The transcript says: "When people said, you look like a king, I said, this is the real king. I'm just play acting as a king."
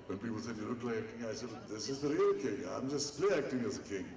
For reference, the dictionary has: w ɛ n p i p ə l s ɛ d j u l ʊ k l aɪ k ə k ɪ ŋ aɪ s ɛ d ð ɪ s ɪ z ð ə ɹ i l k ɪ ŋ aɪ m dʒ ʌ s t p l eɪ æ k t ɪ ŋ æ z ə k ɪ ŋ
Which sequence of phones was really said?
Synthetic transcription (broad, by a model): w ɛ n p i p ə l s ɛ d j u n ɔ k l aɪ ə k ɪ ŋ aɪ s ɛ d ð ɪ s ɪ z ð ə ɹ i l k ɪ ŋ aɪ m dʒ ʌ s t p l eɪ æ k t ɪ ŋ æ z ə k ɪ ŋ